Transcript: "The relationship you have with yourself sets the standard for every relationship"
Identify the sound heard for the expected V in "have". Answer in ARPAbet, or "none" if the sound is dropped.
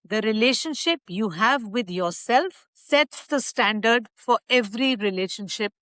V